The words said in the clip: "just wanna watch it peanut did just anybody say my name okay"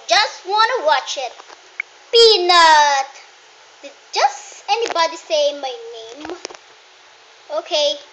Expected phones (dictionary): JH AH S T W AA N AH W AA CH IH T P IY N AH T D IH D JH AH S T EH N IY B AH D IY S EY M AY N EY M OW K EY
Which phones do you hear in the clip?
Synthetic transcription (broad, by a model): JH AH S T W AA N AH W AA CH IH T B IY N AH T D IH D JH AH S T EH N IY B AH D IY S EY M AY N EY M OW K EY